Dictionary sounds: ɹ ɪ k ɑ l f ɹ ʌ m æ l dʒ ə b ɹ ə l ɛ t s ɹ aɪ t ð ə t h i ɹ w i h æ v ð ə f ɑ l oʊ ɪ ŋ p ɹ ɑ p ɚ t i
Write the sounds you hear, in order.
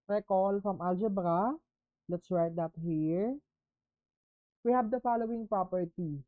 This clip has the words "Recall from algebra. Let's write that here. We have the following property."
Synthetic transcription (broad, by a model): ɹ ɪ k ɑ l f ɹ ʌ m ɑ l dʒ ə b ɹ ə l ɛ t s w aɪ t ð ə t h i ɹ w i h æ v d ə f ɑ l oʊ ɪ ŋ p ɹ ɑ p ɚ t i